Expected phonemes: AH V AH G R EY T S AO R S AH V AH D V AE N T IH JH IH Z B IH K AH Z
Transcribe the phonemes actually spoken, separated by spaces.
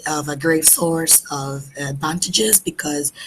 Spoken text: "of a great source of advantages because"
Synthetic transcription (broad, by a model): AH V AH G R EY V S AO R S AH V AH D V AE N T IH JH IH Z B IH K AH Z